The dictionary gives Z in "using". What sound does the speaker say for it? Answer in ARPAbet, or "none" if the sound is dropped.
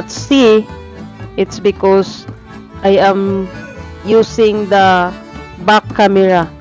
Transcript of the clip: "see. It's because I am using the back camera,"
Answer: S